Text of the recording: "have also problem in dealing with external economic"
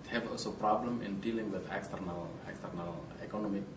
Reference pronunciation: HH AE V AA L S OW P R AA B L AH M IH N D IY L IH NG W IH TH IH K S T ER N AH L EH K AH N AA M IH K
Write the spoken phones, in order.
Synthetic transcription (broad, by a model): HH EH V AA L S OW P R AA B L AH M IH N D IY L IH NG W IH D IH K S T ER N AH L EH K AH N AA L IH K